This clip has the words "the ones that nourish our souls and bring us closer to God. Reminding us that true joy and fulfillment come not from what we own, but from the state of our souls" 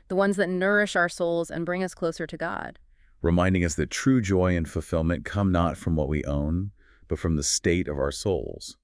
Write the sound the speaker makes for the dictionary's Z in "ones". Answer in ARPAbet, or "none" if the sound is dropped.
Z